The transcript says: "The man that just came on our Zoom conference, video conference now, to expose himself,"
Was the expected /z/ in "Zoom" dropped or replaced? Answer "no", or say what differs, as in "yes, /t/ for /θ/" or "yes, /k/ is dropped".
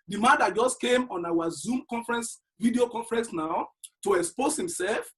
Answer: no